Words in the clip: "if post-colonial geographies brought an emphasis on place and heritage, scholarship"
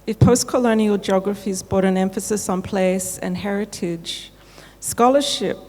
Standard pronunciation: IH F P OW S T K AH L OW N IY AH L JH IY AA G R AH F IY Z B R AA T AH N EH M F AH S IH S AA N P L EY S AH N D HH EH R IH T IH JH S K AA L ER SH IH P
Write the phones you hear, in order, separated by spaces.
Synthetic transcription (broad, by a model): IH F P OW S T K AH L OW N IY AH L JH IY AA G R AH F IY Z B AA T AH N EH M F AH S IH S N P L EY S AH N HH EH R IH T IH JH S K AA L ER SH IH P